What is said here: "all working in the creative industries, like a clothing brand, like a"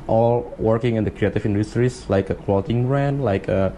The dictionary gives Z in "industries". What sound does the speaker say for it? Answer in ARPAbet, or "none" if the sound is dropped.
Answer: S